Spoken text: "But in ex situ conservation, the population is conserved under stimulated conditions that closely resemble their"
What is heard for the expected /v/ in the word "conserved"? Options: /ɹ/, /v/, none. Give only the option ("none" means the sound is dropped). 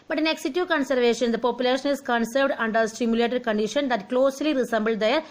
/v/